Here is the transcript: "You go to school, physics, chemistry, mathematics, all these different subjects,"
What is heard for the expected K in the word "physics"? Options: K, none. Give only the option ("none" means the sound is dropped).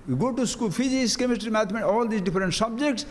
none